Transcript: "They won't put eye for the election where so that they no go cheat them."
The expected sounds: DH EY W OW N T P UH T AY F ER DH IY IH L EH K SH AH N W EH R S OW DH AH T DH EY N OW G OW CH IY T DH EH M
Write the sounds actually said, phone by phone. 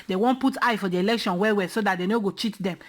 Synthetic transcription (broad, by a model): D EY W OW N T P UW T AY F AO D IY IH L EH K SH AH N W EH W S OW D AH T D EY N OW G OW CH IY T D EH M